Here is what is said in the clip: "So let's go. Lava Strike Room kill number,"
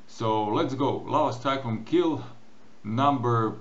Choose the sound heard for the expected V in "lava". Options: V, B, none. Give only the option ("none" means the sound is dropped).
none